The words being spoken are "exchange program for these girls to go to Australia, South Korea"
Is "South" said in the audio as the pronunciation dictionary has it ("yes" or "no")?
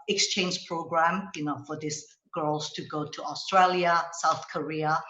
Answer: yes